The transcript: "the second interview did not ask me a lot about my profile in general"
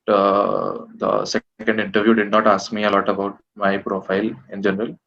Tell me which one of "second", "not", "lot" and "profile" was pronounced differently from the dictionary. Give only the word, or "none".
none